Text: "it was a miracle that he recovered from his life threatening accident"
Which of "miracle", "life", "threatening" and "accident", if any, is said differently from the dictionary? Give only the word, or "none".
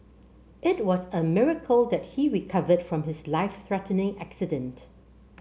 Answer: none